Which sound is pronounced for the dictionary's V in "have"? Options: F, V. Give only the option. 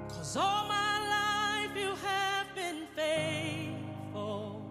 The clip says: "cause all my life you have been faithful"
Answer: V